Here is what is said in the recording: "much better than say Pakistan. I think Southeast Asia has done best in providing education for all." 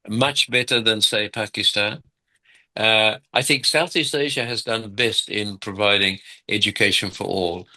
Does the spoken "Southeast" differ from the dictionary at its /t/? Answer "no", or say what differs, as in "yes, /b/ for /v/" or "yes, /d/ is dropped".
no